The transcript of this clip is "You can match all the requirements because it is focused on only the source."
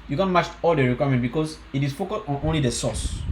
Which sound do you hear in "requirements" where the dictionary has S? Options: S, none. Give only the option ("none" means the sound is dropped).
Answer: none